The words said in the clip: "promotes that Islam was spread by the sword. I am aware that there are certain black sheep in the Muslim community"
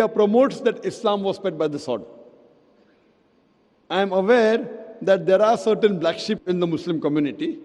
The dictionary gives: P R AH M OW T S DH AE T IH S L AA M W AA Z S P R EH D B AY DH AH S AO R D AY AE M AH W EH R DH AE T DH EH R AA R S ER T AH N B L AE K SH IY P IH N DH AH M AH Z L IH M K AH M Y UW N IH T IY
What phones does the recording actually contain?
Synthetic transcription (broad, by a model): P R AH M OW T S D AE T IH S L AA M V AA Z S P EH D B AY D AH S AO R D AY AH M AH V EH R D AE T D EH R AA R S ER T AH N B L AE K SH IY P IH N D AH M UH S L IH M K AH M Y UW N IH T IY